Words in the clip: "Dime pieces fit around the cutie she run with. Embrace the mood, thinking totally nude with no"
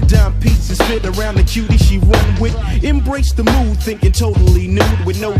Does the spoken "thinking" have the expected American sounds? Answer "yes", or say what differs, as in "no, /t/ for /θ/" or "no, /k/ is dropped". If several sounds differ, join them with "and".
yes